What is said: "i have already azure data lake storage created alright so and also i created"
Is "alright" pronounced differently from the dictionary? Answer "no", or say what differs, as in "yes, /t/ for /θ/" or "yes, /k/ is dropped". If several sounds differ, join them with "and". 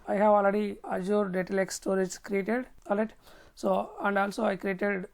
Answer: yes, /ɹ/ is dropped